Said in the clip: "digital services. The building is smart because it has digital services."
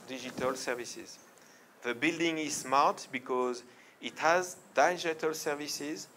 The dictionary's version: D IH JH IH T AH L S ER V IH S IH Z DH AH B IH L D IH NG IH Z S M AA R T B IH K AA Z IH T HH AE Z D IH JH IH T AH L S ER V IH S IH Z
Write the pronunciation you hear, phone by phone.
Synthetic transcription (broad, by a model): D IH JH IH T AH L S ER V IH S IH Z DH AH B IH L D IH NG IH Z S M AA R T B IH K AA Z IH T HH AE Z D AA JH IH T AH L S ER V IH S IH Z